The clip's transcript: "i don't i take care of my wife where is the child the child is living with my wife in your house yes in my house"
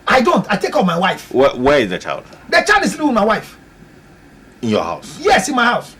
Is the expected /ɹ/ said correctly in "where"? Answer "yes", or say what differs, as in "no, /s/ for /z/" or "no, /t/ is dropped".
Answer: no, /w/ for /ɹ/